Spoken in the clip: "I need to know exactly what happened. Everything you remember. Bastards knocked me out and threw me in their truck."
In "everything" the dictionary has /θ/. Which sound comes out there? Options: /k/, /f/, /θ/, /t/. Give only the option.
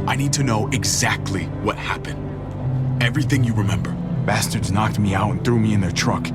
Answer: /θ/